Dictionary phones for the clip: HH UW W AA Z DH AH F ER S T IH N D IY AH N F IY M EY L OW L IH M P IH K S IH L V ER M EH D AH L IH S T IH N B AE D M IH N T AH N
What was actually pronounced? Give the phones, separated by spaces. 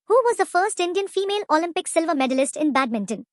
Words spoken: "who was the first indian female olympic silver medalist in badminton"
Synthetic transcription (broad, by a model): HH UW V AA Z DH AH F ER S T IH N D IY AH N F IY M EY L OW L IH M P IH K S IH L V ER M EH D AH L IH S T IH N B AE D M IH N T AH N